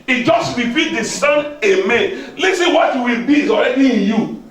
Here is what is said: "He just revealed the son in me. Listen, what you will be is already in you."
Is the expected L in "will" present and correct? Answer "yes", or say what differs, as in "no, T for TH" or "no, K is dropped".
yes